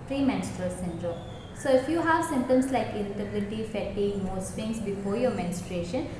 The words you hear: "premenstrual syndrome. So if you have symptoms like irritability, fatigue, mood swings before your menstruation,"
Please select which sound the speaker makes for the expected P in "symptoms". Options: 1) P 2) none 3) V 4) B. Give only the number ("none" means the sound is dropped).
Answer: 2